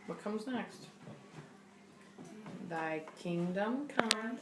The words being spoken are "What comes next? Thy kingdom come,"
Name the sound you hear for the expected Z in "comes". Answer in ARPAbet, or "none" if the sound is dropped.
Z